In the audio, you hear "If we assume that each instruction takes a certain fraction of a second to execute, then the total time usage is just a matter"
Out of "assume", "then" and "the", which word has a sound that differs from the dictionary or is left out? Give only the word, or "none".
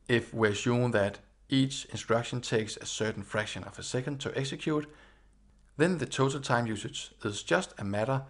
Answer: assume